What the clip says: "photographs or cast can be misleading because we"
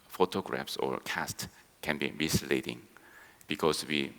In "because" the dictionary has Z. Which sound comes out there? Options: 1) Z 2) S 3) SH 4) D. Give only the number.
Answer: 2